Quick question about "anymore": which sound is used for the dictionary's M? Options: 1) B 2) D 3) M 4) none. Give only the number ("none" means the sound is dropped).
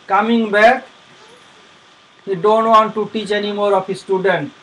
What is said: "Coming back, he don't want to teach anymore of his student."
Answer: 3